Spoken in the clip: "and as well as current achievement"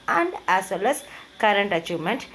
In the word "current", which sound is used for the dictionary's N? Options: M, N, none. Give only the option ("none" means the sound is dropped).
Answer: N